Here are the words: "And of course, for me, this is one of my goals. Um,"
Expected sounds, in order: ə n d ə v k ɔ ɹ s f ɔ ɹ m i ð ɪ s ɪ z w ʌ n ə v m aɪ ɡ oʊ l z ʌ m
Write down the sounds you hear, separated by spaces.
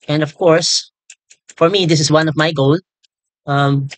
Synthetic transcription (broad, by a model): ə n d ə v k ɔ ɹ s f ɔ ɹ m i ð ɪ s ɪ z w ʌ n ə v m aɪ ɡ oʊ l ʌ m